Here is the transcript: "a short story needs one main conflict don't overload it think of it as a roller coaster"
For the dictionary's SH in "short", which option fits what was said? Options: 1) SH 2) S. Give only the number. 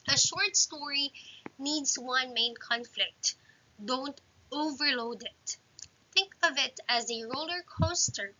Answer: 1